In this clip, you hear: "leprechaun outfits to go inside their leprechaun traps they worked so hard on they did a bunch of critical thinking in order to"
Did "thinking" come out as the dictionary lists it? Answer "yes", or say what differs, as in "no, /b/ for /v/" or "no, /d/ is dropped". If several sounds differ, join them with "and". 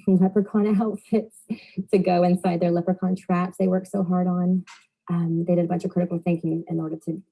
yes